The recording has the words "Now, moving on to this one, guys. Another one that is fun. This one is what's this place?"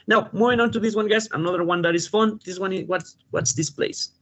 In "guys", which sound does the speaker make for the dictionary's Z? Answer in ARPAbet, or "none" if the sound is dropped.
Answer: S